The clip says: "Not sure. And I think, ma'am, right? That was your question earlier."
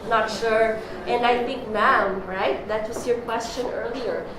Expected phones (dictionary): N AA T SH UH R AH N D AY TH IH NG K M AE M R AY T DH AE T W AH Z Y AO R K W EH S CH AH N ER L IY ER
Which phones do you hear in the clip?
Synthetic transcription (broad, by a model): N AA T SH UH R AH N D AY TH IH NG K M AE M R AY T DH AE T W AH S Y AO R K W EH S CH AH N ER L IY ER